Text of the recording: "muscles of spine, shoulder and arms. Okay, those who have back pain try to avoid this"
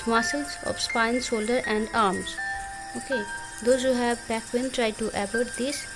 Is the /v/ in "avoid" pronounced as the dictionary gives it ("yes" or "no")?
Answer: no